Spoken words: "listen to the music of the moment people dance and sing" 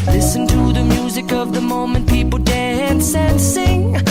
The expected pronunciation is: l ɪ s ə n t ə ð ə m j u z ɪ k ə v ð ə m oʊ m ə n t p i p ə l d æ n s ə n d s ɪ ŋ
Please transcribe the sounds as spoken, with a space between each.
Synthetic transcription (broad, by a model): l ɪ s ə n t ə ð ə m j u z ɪ k ə v ð ə m oʊ m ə n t p i p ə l d æ n s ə n s ɪ ŋ